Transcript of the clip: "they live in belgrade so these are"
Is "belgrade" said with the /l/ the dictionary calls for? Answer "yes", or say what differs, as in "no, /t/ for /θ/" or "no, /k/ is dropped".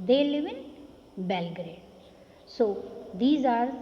yes